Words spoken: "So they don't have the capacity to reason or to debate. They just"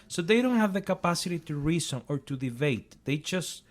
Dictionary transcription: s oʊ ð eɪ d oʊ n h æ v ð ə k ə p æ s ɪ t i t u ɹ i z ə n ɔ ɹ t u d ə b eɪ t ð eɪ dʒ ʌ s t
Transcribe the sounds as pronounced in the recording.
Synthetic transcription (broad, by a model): s oʊ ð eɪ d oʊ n h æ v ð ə k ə p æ s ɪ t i t u ɹ i s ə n ɔ ɹ t u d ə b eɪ t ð eɪ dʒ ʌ s t